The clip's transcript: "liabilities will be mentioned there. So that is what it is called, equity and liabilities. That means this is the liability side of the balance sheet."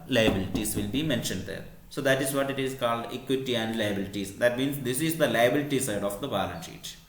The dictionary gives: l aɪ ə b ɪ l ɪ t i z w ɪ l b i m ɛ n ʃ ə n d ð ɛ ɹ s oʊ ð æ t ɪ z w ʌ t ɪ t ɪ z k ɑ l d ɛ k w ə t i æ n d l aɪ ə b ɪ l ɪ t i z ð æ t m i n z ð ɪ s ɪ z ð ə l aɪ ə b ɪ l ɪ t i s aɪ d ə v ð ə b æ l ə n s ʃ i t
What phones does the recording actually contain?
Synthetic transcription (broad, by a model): l aɪ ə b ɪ l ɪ t i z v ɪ l b i m ɛ n ʃ ə n d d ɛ ɹ s oʊ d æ t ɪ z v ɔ t ɪ t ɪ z k ɑ l d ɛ k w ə t i æ n d l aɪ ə b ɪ l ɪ t i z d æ t m i n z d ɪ s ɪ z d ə l aɪ ə b ɪ l ɪ t i s aɪ d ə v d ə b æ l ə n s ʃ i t